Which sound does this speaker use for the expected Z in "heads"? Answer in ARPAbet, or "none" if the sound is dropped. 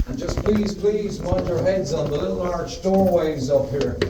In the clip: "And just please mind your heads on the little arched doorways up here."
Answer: Z